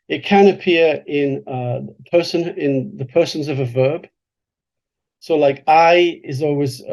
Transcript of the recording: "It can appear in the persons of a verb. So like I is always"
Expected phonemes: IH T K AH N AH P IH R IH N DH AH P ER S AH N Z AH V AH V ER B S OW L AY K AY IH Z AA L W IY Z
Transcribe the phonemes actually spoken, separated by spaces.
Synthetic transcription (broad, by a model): IH T K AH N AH P IH R IH N DH AH P ER S AH N Z AH V AH V ER B S OW L AY K AY IH Z AA L W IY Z